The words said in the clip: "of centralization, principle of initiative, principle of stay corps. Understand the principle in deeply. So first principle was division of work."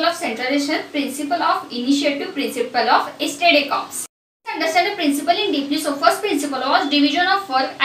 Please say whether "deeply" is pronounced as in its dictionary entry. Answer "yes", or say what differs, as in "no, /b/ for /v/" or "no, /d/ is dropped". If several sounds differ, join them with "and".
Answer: no, /n/ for /l/